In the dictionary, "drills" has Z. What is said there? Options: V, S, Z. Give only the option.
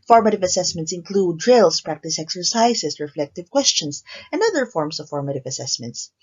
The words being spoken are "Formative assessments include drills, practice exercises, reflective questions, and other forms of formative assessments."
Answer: S